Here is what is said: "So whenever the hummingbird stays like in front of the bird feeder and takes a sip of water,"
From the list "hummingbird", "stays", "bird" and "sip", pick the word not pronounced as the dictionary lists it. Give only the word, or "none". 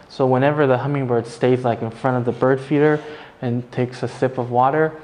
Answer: none